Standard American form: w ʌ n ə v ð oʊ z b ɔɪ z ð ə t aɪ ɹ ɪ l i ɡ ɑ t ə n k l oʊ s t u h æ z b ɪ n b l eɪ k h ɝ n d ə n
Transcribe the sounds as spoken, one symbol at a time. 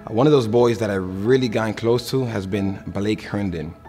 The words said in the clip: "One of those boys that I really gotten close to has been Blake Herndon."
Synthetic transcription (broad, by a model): w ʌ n ə v ð oʊ z b ɔɪ z ð ə t aɪ ɹ ɪ l i ɡ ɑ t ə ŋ k l oʊ s t u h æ z b ɪ n b l eɪ k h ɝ n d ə n